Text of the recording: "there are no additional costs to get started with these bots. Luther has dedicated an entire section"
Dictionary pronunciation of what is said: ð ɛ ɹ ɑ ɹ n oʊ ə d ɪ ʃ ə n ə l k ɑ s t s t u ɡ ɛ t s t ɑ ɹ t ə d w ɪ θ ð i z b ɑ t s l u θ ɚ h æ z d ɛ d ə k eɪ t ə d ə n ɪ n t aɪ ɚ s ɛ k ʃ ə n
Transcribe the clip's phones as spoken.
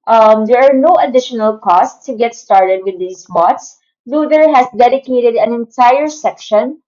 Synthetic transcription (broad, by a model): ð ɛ ɹ ɑ ɹ n oʊ ə d ɪ ʃ ə n ə l k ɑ s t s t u ɡ ɛ t s t ɑ ɹ t ə d w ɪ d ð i s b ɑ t s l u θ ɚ h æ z d ɛ d ə k eɪ t ə d ə n ɪ n t aɪ ɚ s ɛ k ʃ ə n